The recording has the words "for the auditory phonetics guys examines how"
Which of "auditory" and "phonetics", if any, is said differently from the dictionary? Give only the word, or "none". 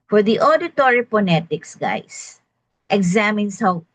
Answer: phonetics